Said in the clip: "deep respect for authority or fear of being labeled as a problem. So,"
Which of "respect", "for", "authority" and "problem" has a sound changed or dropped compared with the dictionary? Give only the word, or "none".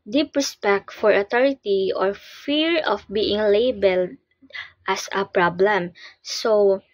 authority